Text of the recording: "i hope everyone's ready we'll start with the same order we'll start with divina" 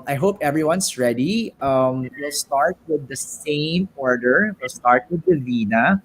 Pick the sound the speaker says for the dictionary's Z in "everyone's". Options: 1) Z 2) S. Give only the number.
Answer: 2